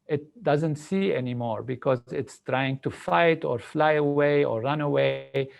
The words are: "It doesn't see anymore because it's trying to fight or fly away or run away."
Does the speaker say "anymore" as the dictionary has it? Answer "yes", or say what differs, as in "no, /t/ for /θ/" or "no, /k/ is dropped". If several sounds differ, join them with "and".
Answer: yes